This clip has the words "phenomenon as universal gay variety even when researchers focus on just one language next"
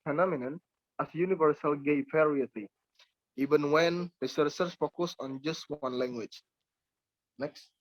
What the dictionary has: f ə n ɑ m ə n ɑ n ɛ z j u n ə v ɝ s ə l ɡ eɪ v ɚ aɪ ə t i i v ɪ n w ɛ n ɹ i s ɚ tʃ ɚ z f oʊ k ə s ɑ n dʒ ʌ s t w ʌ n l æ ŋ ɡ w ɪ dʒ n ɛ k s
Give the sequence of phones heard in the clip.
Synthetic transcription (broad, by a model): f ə n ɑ m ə n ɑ n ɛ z j u n ə v ɝ s ə l ɡ eɪ p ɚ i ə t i i v ɪ n w ɛ n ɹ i s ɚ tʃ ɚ s f oʊ k ə s ɑ n dʒ ʌ s t w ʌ n l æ ŋ ɡ w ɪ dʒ n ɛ k s